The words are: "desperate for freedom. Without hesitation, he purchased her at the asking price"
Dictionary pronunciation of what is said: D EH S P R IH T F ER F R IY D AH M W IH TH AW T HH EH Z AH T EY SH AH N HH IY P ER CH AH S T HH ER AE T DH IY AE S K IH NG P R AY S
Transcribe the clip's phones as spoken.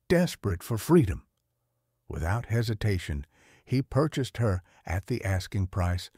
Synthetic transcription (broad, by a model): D EH S P R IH T F ER F R IY D AH M W IH TH AW T HH EH Z AH T EY SH AH N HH IY P ER CH AH S T HH ER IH T DH IY AE S K IH NG P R AY S